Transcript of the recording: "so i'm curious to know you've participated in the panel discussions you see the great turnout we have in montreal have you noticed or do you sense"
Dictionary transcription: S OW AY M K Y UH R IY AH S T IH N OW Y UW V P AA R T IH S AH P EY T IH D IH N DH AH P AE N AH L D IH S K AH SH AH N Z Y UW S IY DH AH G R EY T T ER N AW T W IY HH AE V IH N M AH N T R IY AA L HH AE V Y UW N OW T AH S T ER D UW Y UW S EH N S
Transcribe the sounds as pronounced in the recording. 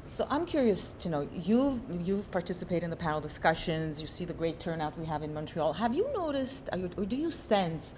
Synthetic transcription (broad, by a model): S OW AY M K Y UH R IY AH S T IH N OW Y UW V P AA R T IH S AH P EY IH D IH N DH AH P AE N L D IH S K AH SH AH N Z Y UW S IY DH AH G R EY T T ER N AW T W IY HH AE V IH N M AH N T R IY AA L HH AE V Y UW N OW T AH S T ER D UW Y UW S EH N S